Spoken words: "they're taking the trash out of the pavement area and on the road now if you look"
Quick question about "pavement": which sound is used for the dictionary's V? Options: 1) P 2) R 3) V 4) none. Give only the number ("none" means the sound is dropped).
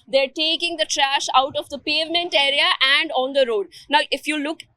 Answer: 3